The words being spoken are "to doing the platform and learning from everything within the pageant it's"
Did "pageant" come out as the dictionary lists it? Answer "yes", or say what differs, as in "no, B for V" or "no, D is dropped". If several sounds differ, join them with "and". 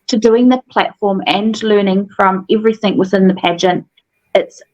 yes